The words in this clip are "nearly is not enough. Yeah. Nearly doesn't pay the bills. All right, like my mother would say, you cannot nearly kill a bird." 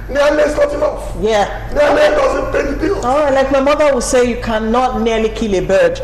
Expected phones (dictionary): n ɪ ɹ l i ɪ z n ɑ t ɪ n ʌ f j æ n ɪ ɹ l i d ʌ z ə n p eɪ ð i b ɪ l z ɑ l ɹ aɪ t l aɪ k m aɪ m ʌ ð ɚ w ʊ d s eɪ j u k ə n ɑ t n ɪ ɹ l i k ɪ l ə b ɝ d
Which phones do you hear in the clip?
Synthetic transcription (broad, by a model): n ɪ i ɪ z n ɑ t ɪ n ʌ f j æ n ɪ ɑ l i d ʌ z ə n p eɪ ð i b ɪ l ɑ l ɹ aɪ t l aɪ k m aɪ m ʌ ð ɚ w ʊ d s eɪ j u k ə n ɑ t n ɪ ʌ l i k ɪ l ə b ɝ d